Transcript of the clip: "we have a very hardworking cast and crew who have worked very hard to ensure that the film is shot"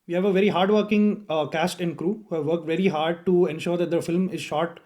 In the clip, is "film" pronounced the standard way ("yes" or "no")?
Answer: yes